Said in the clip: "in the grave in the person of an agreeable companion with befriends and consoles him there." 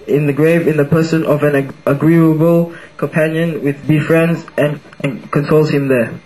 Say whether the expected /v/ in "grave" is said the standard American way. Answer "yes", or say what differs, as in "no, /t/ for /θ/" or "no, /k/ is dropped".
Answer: yes